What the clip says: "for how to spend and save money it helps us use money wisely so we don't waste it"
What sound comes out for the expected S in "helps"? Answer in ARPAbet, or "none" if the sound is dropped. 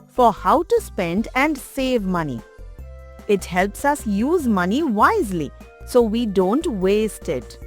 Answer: S